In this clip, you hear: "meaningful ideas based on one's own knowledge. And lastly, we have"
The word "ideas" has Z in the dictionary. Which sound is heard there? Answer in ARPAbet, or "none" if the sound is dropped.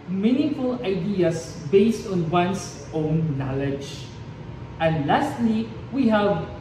S